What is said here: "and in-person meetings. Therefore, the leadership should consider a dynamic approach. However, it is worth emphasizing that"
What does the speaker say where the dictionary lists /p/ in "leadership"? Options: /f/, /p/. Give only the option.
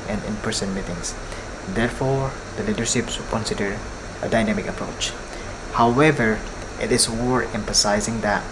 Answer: /p/